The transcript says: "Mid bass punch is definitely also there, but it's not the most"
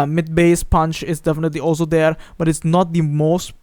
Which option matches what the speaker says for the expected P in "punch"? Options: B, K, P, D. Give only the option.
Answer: P